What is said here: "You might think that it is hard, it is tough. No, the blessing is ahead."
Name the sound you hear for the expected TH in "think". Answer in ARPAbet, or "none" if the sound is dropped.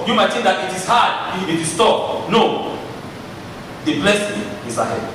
T